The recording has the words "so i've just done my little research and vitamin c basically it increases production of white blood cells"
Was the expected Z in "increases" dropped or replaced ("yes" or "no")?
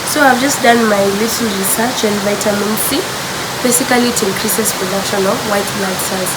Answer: yes